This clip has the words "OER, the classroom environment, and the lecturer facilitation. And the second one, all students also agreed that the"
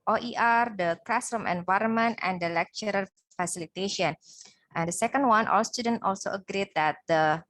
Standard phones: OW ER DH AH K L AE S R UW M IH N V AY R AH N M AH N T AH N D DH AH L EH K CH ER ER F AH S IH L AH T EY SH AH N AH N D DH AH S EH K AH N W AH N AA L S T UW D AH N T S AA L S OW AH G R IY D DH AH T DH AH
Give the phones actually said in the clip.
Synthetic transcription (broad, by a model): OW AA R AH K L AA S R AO M IH N V AY R AH N M AH N T AH N D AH L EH K CH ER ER F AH S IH L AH T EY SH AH N AH N D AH S EH K AH N W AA N AA L S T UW D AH N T AA L S OW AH G R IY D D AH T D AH